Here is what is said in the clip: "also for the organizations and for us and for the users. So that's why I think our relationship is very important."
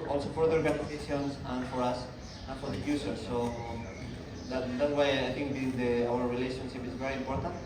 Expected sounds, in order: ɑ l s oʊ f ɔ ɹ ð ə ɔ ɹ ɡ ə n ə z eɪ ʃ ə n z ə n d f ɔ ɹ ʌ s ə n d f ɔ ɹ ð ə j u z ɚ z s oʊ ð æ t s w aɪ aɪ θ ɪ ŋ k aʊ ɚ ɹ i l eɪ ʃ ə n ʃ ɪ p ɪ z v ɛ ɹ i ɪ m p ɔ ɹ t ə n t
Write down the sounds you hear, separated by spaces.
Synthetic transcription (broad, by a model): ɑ l s oʊ f ɔ ɹ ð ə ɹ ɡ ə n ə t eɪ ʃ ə n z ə n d f ɔ ɹ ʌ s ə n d f ɔ ɹ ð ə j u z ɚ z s oʊ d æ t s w aɪ aɪ t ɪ ŋ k aʊ ɚ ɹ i l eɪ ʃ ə n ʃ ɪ p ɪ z v ɛ ɹ i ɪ m p ɔ ɹ t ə n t